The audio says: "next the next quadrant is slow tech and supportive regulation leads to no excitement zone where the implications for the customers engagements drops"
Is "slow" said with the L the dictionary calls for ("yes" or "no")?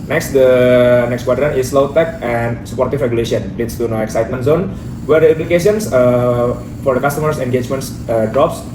yes